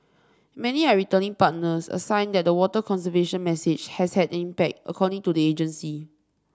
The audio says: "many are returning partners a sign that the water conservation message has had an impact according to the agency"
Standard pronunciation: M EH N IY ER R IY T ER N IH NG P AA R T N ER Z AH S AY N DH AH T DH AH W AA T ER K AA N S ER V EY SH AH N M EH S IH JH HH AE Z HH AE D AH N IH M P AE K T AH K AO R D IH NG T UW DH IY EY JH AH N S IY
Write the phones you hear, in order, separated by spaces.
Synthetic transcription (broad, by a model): M EH N IY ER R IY T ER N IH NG P AA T N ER S AH S AY N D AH T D AH W AA T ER K AA N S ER V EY SH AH N M EH S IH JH HH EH S HH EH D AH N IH M P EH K T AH K AO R D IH NG T UW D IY EY JH AH N S IY